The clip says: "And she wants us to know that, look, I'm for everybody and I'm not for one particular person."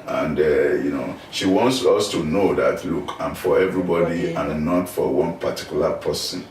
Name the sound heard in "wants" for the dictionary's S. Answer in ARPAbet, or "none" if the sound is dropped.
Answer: S